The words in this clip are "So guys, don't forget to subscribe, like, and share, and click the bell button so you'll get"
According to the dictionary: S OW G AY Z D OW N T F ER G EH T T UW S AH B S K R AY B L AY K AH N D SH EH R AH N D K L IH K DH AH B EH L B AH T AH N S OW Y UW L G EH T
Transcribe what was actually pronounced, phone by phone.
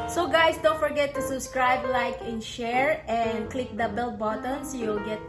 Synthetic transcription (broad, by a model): S OW G AY S D OW N T F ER G EH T T UW S AH B S K R AY B L AY K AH N SH EH R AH N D K L IH K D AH B EH L B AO T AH N S Y UW L G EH T